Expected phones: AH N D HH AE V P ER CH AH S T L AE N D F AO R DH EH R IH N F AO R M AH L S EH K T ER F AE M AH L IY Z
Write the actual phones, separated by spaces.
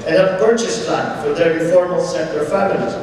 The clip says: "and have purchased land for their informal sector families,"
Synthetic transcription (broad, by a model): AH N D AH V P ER CH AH S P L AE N F AO R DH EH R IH F AO R M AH L S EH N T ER F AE M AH L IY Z